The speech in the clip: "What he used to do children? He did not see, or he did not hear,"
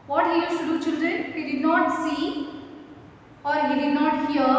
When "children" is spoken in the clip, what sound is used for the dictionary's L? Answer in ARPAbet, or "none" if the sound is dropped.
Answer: L